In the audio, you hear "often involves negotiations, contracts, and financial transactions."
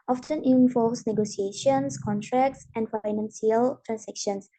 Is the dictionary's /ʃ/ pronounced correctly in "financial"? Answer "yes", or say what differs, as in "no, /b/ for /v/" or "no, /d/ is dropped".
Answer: no, /s/ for /ʃ/